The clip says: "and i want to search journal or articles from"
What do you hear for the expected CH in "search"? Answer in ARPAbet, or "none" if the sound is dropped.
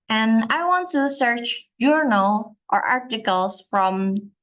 CH